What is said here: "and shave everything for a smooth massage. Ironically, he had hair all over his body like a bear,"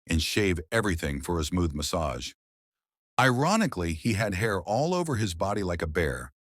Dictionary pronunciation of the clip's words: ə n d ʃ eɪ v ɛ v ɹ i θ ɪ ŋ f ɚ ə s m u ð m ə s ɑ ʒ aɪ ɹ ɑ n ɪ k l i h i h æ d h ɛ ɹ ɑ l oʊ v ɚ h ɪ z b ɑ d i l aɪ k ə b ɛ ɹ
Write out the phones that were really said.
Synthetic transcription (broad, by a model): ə n ʃ eɪ v ɛ v ɹ i θ ɪ ŋ f ɚ ə s m u ð m ə s ɑ ʒ aɪ ɹ ɑ n ɪ k l i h i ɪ d h ɛ ɹ ɑ l oʊ v ɚ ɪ z b ɑ d i l aɪ k ə b ɛ ɹ